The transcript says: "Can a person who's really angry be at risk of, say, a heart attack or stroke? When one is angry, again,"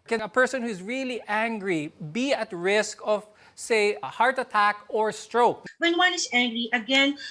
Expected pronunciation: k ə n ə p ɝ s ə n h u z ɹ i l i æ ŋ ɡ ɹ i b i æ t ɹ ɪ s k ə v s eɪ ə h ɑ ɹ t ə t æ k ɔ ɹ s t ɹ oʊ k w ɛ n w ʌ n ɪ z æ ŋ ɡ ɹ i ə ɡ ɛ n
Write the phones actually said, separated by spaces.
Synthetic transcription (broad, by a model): k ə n ə p ɝ s ə n h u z ɹ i l i æ ŋ ɡ ɹ i b i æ t ɹ ɪ s k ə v s eɪ ə h ɑ ɹ t ə t æ k ɔ ɹ s t ɹ oʊ k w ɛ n w ʌ n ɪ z æ ŋ ɡ ɹ i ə ɡ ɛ n